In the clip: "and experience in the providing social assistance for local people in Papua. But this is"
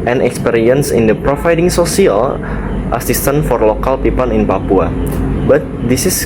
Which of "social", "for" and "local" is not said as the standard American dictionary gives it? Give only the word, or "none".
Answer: social